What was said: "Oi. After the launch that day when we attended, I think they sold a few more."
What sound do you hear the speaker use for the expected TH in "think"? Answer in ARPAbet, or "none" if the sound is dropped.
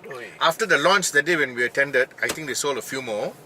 T